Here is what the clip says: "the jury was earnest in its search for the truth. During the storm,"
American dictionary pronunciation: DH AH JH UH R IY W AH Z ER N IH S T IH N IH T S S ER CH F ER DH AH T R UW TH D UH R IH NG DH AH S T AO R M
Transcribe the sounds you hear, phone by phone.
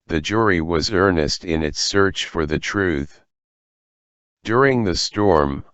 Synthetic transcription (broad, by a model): DH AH JH UH R IY W AH Z ER N IH S T IH N IH T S S ER CH F ER DH AH T R UW TH D UH R IH NG DH AH S T AO R M